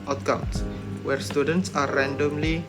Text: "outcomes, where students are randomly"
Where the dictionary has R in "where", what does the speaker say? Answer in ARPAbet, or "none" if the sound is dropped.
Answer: R